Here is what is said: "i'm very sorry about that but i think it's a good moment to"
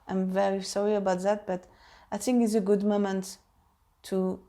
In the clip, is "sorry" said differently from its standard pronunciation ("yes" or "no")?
no